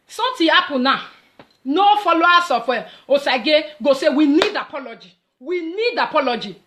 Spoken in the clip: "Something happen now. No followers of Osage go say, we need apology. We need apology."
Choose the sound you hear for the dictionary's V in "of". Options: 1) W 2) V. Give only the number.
1